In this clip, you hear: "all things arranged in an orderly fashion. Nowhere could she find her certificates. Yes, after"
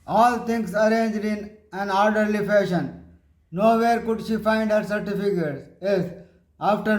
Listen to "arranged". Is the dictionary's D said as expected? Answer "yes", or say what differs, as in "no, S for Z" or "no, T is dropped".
yes